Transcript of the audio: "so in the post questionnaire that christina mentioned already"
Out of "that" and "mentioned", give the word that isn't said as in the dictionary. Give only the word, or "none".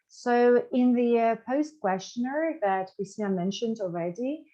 none